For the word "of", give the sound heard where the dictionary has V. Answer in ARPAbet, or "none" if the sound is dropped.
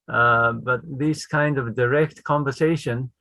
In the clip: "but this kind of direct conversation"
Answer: V